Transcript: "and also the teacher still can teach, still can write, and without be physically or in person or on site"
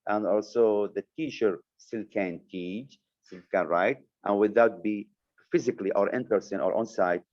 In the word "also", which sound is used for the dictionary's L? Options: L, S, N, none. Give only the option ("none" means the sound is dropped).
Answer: L